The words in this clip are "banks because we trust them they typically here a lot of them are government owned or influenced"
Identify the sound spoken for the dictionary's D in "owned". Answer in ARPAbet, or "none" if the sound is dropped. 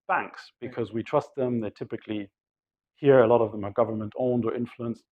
D